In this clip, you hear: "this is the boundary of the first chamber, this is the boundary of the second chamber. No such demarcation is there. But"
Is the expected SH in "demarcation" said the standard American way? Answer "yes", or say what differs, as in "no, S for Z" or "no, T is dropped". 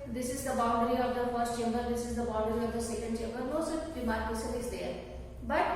no, S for SH